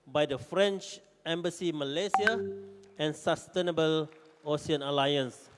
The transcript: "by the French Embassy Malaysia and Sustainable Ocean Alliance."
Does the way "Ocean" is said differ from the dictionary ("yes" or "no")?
yes